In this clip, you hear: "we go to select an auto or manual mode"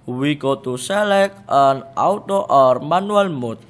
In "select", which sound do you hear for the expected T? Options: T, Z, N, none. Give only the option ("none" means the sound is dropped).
none